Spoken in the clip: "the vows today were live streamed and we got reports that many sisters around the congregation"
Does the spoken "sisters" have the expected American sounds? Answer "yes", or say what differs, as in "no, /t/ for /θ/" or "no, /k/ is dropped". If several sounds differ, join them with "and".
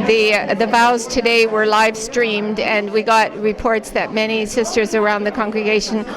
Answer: yes